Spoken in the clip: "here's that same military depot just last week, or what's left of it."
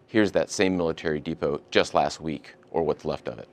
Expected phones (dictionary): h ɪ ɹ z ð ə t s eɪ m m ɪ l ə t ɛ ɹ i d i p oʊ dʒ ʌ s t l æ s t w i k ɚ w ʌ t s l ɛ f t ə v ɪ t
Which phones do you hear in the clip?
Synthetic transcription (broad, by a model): h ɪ ɹ z ð ə t s eɪ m m ɪ l ə t ɛ ɹ i d i p oʊ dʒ ʌ s t l æ s t w i k ɚ w ʌ t s l ɛ f t ə v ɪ t